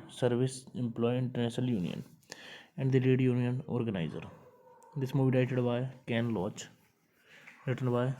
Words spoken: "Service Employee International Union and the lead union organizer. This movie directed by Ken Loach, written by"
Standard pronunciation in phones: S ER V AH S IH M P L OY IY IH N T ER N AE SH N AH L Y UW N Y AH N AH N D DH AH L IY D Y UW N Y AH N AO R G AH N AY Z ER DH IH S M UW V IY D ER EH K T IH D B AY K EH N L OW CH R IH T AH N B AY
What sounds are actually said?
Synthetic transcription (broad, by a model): S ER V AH S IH M P L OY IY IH N T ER N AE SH N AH L Y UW N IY AH N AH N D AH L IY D Y UW N Y AH N AO R G AH N AY Z ER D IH S M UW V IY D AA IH T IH D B AY K EH N L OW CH R IH T AH N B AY